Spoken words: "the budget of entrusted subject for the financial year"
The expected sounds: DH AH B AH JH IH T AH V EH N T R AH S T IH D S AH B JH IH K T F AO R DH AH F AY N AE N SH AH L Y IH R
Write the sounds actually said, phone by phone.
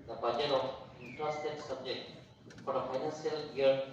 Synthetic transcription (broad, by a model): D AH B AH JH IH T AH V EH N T R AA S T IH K S AH B JH IH K T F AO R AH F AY N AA N S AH L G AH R